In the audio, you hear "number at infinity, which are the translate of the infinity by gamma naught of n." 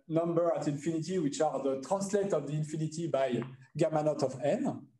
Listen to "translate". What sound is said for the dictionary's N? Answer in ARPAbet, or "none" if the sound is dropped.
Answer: none